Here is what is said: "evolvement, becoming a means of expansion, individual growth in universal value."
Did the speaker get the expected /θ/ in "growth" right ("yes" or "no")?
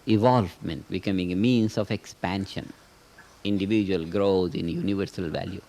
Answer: no